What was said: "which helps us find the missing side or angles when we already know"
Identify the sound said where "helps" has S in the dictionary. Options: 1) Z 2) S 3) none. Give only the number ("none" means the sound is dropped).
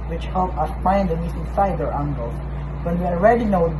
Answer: 3